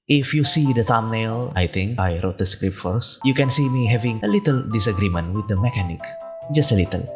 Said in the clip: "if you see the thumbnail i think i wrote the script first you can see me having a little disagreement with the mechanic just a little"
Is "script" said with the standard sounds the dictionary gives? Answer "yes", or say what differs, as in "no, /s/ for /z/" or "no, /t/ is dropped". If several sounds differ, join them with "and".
yes